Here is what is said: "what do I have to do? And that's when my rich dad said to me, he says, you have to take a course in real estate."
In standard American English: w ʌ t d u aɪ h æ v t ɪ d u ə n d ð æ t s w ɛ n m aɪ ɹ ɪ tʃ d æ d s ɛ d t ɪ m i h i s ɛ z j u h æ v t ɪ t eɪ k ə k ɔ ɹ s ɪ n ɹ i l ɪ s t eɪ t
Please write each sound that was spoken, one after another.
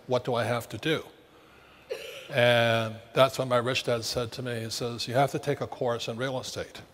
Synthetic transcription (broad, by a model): w ʌ t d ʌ aɪ h æ f t ɪ d u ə n ð æ t s w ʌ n m aɪ ɹ ɪ tʃ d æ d s ɛ d t ɪ m i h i s ɛ z j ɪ h æ f t ɪ t eɪ k ə k ɔ ɹ s ɪ n ɹ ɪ l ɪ s t eɪ t